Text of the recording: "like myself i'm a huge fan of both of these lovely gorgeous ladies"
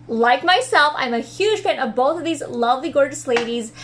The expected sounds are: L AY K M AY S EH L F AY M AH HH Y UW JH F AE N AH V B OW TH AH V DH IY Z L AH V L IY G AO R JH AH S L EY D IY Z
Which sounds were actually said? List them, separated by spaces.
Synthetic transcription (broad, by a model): L AY K M AY S EH L F AY M AH HH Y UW ZH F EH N AH V B OW TH AH V DH IY Z L AH V L IY G AO R JH AH S L EY D IY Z